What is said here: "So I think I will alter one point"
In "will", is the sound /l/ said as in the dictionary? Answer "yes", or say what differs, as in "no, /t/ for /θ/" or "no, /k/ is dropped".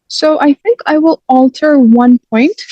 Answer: yes